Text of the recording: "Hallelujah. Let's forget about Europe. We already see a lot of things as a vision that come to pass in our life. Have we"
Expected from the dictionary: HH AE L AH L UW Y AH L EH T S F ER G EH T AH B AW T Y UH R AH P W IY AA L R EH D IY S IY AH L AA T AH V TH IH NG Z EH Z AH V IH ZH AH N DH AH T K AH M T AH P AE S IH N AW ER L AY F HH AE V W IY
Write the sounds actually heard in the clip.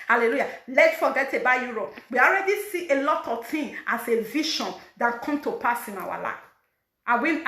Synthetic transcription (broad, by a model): HH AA L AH L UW Y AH L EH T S F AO G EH T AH B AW Y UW R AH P W IY AA L R EH D IY S IY AH L AA T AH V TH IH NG AA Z AH V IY SH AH N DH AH T K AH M T AH P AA S IH N AW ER L AY F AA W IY